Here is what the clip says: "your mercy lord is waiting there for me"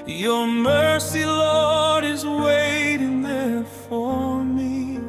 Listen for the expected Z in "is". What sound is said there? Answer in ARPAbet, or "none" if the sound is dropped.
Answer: Z